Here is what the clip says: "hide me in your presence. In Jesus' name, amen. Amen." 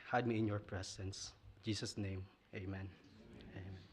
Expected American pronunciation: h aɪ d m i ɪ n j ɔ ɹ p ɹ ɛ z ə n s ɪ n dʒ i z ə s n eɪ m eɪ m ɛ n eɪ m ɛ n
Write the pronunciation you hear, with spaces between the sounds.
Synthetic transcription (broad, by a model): h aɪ d m i ɪ n j ɔ ɹ p ɹ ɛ s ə n s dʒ i s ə s n eɪ m eɪ m ɛ n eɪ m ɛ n